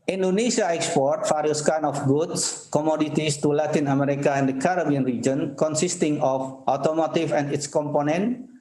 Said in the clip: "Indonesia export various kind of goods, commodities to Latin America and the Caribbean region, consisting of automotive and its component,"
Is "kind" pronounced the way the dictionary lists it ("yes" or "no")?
no